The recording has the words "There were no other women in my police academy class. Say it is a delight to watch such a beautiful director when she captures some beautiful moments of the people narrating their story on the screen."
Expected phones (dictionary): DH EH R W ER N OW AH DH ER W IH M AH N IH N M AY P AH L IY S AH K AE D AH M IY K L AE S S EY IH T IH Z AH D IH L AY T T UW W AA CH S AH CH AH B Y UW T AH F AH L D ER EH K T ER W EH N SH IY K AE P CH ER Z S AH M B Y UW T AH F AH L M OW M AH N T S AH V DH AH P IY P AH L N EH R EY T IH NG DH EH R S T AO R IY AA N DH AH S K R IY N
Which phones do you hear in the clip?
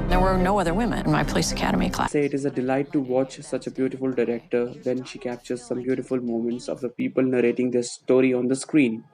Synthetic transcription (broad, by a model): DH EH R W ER N OW AH DH ER W IH M AH N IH N M AY P AH L IY S AH K AE D AH M IY K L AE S S EY IH T IH Z AH D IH L AY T T UW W AA CH S AH CH AH B Y UW T AH F AH L D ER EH K T ER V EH N SH IY K AE P CH ER Z S AH M B Y UW T AH F AH L M OW M AH N T S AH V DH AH P IY P AH L N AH R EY T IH NG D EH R S T AO R IY AA N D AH S K R IY N